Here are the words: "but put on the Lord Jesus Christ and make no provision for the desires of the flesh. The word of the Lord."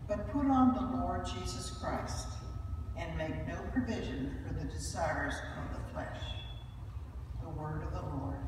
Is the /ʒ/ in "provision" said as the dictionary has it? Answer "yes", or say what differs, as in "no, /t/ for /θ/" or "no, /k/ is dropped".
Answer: yes